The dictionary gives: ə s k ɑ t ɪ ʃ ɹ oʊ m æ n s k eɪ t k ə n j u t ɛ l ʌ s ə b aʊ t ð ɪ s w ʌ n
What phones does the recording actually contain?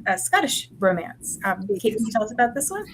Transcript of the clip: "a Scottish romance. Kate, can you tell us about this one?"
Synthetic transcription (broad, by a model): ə s k ɑ t ɪ ʃ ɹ oʊ m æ n s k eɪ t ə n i t ɛ l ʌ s ə b aʊ t ð ɪ s w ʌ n